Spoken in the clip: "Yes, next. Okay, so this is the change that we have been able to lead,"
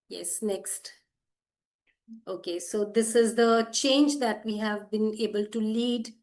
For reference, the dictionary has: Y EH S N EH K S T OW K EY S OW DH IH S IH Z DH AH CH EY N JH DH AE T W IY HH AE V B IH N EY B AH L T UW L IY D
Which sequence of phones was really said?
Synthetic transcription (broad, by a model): Y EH S N EH K S T OW K EY S OW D IH S IH Z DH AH CH EY N JH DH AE T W IY HH AE V B IH N EY B AH L T UW L IY D